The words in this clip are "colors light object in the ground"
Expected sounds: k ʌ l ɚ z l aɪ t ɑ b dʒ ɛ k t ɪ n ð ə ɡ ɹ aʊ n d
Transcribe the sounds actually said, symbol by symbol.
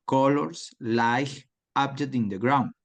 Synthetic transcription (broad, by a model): k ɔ l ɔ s l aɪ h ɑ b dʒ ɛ t ɪ n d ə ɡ ɹ aʊ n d